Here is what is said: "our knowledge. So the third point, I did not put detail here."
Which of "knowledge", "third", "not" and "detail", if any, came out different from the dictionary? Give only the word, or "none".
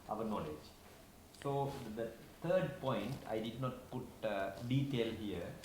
third